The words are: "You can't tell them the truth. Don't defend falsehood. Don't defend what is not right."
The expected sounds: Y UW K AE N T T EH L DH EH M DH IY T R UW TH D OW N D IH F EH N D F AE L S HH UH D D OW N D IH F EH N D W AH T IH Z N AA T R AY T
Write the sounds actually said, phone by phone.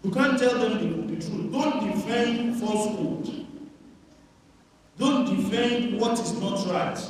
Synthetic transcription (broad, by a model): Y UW K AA N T T EH L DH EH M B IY T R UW D OW N D IH F EH N D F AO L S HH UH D D OW N D IH F EH N D W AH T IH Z N AA T R AY T